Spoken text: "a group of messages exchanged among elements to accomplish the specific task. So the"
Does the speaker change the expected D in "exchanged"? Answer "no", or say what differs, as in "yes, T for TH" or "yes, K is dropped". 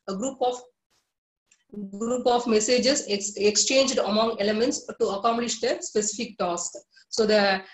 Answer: no